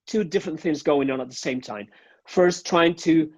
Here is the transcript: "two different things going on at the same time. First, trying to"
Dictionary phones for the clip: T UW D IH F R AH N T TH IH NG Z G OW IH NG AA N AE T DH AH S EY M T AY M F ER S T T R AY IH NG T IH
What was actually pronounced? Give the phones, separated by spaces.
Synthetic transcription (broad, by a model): T UW D IH F R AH N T TH IH NG Z G OW IH NG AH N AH T DH AH S EY M T AY M F ER S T T R AY IH NG T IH